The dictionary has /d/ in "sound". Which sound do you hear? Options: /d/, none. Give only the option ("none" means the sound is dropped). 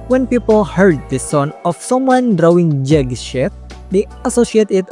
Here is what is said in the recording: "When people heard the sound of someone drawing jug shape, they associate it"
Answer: none